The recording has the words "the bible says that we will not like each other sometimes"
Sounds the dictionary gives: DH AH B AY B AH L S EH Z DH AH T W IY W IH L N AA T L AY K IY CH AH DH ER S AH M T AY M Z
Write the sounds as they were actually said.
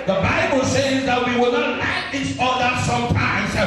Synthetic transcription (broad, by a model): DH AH B AY B AH L S EH Z DH AH T W IY W IH L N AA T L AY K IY S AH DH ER S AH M T AY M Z